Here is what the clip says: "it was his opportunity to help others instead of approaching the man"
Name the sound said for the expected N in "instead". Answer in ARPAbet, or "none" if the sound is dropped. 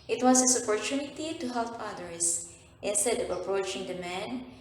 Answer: N